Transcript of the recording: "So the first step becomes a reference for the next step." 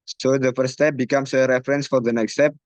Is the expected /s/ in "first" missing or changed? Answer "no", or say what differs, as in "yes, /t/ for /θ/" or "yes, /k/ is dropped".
yes, /s/ is dropped